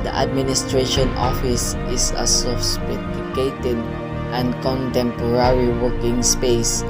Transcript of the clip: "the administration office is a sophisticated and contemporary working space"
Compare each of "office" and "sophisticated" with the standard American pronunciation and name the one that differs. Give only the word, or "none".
sophisticated